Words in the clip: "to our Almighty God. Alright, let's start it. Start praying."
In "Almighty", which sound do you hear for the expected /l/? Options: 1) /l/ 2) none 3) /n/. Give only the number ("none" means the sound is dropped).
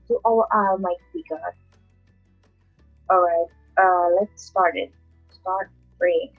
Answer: 2